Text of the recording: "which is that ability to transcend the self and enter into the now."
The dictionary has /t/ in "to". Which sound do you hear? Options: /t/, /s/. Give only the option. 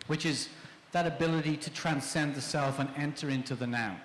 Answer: /t/